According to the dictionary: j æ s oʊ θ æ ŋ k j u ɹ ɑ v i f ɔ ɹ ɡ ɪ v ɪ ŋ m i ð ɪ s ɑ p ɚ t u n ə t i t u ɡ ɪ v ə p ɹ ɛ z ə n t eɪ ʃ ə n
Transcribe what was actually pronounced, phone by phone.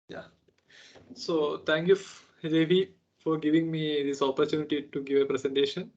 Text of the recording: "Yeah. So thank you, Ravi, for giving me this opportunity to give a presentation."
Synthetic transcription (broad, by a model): j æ s oʊ t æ ŋ k j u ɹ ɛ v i f ɔ ɹ ɡ ɪ v ɪ ŋ m i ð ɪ s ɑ p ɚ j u n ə t i t u ɡ ɪ v ə p ɹ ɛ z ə n t eɪ ʃ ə n